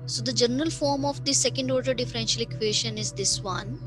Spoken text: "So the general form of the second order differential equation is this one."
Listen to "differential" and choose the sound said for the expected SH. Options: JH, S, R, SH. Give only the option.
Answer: SH